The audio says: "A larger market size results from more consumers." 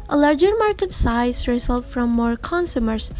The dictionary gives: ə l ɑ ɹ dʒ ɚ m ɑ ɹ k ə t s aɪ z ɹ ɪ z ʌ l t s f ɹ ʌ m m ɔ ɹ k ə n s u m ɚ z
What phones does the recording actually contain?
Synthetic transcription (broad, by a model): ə l ɑ ɹ dʒ ɚ m ɑ ɹ k ə t s aɪ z ɹ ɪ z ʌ l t f ɹ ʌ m m ɔ ɹ k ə n s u m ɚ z